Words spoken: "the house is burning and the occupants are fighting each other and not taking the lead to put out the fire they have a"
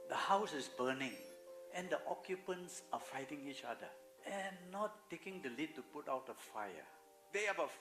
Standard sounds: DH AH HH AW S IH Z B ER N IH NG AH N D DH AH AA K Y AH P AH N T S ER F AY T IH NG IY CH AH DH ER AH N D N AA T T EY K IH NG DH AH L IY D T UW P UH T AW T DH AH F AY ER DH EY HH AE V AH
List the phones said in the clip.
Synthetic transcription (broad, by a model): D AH HH AW S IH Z B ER N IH NG AH N D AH AA K Y AH P AH N T S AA F AY T IH NG IY CH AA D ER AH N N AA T T EY K IH NG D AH L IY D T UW P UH T AW T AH F AY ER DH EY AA B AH